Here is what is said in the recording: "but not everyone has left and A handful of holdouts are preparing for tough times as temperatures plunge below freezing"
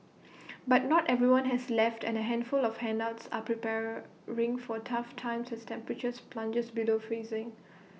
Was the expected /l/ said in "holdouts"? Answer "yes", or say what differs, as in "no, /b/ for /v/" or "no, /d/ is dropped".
no, /n/ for /l/